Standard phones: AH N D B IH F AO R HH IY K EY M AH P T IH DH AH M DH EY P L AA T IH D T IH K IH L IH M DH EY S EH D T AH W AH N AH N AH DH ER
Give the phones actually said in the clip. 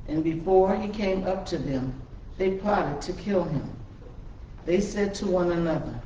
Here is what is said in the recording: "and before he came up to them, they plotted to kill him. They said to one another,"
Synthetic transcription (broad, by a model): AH N B IH F AO R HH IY K EY M AH P T IH DH AH M DH EY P AA T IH D T IH K IH L IH M DH EY S EH D T AH W AH N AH N AH DH ER